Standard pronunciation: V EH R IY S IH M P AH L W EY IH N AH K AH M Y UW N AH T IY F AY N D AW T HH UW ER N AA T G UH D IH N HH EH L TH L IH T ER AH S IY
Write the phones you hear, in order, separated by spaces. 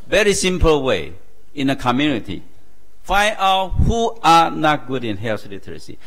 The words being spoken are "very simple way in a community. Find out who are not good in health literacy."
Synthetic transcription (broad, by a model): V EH R IY S IH M P AH L W EY IH N AH K AH M Y UW N AH T IY F AY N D AW T HH UW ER N AA T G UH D IH N HH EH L S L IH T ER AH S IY